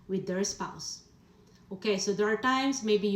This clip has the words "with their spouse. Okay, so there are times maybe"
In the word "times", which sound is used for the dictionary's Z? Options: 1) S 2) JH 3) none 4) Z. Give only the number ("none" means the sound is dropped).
1